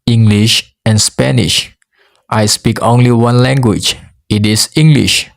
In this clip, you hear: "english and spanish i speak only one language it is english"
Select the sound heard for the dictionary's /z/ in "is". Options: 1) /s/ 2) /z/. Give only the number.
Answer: 1